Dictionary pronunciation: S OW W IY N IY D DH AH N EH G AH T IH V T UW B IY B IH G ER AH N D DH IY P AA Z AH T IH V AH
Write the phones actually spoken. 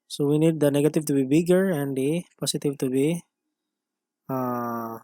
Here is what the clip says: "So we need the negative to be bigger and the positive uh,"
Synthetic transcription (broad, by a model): S OW W IY N IY D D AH N EH G AH T IH V T UW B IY B IH G ER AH N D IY P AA S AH T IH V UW